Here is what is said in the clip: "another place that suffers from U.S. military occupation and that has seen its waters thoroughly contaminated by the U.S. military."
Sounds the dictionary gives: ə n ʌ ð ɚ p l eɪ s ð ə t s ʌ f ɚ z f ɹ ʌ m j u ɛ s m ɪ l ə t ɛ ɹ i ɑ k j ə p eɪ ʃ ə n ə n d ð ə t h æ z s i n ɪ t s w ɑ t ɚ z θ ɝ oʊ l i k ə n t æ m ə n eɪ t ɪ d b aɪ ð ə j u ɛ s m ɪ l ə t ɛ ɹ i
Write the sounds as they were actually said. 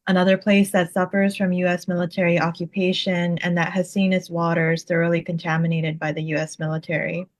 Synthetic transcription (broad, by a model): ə n ʌ ð ɚ p l eɪ s ð ə t s ʌ f ɚ z f ɹ ʌ m j u ɛ s m ɪ l ə t ɛ ɹ i ɑ k j ə p eɪ ʃ ə n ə n ð ə t h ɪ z s i n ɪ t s w ɑ t ɚ z θ ɝ oʊ l i k ə n t æ m ə n eɪ t ɪ d b aɪ ð ə j u ɛ s m ɪ l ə t ɛ ɹ i